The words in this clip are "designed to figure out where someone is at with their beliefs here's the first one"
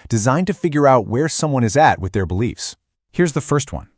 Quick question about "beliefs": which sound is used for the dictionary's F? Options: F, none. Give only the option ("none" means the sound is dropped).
F